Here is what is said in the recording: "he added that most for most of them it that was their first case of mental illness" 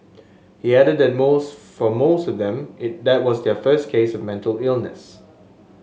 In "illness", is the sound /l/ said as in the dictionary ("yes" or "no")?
yes